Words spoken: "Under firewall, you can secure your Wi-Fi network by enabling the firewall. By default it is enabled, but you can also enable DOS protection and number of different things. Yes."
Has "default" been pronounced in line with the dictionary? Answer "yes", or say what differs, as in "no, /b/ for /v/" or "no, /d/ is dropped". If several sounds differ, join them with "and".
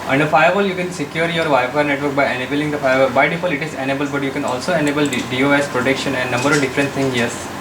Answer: no, /t/ is dropped